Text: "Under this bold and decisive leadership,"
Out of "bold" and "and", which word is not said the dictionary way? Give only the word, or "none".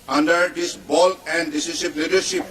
bold